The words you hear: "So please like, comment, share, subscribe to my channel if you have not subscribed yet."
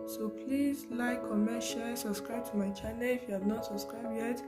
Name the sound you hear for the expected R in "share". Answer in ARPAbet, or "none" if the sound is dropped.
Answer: L